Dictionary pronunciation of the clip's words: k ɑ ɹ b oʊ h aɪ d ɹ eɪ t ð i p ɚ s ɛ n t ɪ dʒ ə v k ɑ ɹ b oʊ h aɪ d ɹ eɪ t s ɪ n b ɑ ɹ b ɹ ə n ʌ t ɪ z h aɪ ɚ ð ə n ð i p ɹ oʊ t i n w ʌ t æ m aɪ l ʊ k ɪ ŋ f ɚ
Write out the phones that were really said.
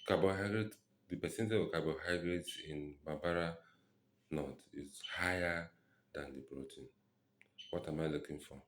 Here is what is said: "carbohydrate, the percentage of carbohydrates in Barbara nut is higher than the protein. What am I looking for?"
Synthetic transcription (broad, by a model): k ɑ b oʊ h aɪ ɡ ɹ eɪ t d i p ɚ s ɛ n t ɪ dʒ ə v k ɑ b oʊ h aɪ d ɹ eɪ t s ɪ n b ɑ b ɹ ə n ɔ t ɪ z h aɪ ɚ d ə n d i b ɹ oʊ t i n w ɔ t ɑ m aɪ l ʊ k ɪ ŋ f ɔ